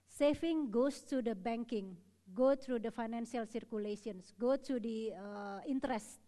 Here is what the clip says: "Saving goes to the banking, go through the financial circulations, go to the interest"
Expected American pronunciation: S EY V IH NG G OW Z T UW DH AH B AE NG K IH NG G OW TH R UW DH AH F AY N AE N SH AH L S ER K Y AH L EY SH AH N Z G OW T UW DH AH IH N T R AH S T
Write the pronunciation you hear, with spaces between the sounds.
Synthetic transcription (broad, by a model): S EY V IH NG G OW S T UW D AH B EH NG K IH NG G OW T R UW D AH F AY N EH N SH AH L S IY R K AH L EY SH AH N S G OW T UW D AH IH N T R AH S T